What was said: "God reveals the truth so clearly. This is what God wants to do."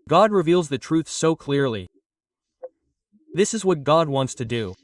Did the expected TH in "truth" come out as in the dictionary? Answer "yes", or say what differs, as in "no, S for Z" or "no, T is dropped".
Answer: yes